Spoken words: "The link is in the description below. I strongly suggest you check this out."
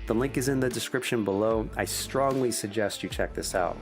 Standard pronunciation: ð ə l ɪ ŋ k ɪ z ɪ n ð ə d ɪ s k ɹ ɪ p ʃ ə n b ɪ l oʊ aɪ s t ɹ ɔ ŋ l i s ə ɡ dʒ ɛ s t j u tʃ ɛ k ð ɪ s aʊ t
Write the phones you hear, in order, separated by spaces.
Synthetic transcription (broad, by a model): ð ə l ɪ ŋ k ɪ z ɪ n ð ə d ɪ s k ɹ ɪ p ʃ ə n b ɪ l oʊ aɪ s t ɹ ɔ ŋ l i s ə ɡ dʒ ɛ s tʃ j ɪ tʃ ɛ k ð ɪ s aʊ t